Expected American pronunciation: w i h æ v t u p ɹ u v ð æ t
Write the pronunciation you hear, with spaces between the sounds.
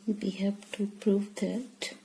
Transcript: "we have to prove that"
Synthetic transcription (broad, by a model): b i h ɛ p t u p ɹ u v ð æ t